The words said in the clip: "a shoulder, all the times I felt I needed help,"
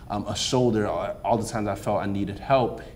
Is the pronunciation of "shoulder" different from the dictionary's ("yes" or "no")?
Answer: yes